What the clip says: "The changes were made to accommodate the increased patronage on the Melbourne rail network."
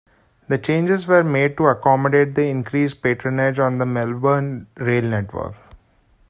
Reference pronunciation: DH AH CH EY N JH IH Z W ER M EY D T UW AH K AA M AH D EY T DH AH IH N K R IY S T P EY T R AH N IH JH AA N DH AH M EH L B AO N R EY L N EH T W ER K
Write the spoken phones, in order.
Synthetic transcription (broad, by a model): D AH CH EY N JH IH Z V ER M EY D T UW AH K AA M AH D EY T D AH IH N K R IY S P EY T R AH N IH JH AA N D AH M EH L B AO N R EY L N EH T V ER K